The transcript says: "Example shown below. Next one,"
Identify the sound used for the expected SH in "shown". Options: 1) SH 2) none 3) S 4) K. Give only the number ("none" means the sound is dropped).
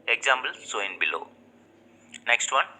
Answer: 3